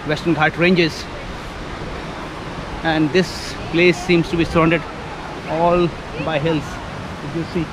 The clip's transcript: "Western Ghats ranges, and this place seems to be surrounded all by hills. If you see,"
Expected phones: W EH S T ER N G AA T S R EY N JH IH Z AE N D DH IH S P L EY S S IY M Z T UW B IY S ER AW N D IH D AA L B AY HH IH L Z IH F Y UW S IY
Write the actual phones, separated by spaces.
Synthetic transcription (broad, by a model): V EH S T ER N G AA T R EY N JH IH Z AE N D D IH S P L EY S S IY M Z T UW B IY S ER AW N D IH D AA L B AY HH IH L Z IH Y UW S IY